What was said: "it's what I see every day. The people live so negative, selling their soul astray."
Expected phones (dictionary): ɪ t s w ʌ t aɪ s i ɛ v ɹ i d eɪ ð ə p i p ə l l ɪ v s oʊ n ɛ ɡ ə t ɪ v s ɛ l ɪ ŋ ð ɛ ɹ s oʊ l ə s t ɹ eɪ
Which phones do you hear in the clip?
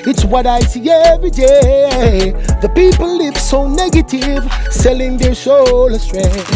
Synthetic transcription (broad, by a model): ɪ t s w ʌ t aɪ s i ɛ v ɹ i d eɪ ð ə p i p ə l l ɪ v s oʊ n ɛ ɡ ə t ɪ v s ɛ l ɪ ŋ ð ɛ ɹ ʃ oʊ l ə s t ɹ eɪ